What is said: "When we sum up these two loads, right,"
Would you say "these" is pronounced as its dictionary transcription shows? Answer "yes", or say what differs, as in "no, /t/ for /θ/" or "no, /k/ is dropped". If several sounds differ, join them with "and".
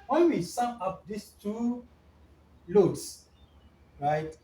no, /s/ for /z/